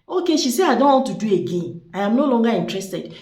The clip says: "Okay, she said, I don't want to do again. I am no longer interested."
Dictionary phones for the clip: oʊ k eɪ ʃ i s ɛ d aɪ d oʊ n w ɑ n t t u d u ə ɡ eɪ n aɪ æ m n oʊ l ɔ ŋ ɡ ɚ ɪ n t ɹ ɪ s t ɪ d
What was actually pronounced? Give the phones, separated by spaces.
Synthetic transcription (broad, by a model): oʊ k eɪ ʃ i s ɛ aɪ d oʊ n w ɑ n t t u d u ə ɡ eɪ n aɪ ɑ m n oʊ l ɔ ŋ ɡ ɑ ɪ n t ɹ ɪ s t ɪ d